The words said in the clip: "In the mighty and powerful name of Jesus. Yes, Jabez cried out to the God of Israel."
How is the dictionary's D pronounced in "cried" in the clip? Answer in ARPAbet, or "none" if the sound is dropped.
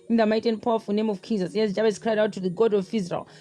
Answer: D